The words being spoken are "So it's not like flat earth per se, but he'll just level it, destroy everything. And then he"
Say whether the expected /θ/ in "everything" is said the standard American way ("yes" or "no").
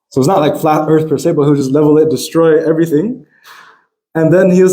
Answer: yes